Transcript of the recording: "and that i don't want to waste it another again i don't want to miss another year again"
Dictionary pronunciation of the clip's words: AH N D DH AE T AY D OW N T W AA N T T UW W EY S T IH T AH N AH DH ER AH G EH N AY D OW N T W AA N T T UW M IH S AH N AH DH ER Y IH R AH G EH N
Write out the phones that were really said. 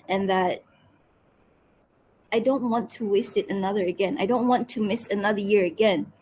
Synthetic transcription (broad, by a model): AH N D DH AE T AY D OW N T W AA N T T UW W EY S T IH T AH N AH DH ER AH G EH N AY D OW N T W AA N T T UW M IH S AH N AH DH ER Y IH R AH G EH N